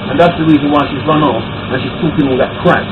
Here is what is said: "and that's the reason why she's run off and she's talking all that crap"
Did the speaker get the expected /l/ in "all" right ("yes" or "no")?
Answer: no